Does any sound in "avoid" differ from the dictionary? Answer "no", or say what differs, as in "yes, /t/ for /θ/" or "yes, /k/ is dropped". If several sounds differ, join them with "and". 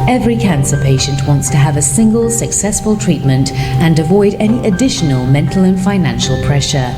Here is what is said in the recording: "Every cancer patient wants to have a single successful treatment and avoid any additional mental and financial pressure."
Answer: no